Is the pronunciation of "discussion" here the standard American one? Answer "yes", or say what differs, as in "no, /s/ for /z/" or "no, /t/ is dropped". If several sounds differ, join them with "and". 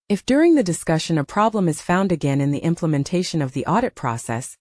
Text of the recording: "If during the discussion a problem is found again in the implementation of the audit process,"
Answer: yes